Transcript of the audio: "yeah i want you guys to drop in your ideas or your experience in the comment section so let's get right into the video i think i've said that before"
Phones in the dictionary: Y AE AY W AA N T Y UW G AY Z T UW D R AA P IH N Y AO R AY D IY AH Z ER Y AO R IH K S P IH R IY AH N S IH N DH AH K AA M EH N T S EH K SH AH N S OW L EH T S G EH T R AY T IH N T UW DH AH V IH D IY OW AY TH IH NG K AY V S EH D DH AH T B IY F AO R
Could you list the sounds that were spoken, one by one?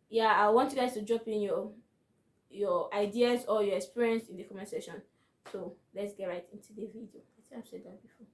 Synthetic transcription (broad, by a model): Y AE AY W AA N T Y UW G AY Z T UW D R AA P IH N Y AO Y AY D IY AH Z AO Y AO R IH K S P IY R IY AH N S IH N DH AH K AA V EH S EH SH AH N S OW L EH T S G EH T R AY T IH N T UW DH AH V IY D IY OW AY T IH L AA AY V S EH D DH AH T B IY F AO